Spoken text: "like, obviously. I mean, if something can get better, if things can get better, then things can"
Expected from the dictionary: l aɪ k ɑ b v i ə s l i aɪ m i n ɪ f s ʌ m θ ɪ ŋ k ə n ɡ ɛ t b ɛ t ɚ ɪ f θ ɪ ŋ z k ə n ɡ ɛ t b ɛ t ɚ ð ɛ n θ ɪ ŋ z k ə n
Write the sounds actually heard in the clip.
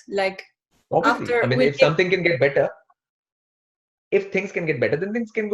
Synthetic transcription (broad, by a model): l aɪ k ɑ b i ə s l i aɪ m i n ɪ f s ʌ m t ɪ ŋ k ə n ɡ ɛ t b ɛ t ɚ ɪ f t ɪ ŋ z k ə n ɡ ɛ t b ɛ t ɚ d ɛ n t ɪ ŋ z k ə n